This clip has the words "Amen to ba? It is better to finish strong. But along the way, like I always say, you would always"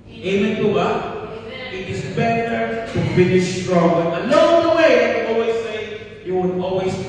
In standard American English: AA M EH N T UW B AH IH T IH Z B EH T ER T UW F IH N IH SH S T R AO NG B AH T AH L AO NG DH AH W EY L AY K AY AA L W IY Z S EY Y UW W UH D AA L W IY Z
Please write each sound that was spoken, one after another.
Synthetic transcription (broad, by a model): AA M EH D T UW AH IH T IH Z B EH T ER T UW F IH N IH S T R AO NG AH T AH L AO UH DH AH W EY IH AY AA L W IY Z S EY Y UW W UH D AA L W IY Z